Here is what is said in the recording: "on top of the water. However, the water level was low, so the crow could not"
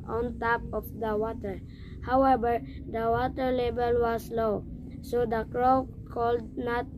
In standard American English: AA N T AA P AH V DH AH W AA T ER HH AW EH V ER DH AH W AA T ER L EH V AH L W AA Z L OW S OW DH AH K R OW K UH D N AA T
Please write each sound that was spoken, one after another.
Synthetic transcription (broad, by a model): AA N T AA P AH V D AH W AA T ER HH AW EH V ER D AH W AA T ER L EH B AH L W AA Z L OW S OW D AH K R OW K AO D N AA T